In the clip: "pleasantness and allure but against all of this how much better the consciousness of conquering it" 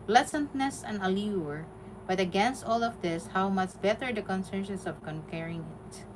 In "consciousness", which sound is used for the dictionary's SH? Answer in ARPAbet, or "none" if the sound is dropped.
S